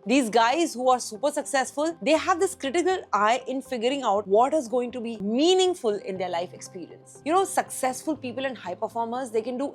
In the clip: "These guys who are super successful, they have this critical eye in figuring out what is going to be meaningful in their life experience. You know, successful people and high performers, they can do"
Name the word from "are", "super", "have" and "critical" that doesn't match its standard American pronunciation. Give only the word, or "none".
none